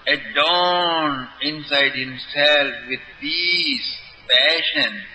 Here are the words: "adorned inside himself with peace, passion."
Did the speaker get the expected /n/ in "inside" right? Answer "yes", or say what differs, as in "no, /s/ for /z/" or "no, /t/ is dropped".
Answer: yes